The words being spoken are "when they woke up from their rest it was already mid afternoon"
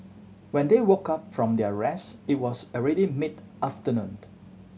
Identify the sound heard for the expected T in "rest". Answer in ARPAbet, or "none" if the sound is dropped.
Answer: none